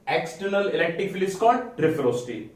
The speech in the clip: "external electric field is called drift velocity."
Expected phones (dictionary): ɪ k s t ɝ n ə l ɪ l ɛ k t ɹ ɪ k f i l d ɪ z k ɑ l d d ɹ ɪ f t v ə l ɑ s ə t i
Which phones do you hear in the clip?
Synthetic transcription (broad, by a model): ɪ k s t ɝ n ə l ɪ l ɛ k t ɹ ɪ k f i l ɪ s k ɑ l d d ɹ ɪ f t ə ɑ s t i